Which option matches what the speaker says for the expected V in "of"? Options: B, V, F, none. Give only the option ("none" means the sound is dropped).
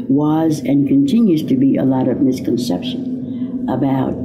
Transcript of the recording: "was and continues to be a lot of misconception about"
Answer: V